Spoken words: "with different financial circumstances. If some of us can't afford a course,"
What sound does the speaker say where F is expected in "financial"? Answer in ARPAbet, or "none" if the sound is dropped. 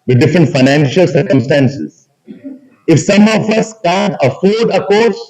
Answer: F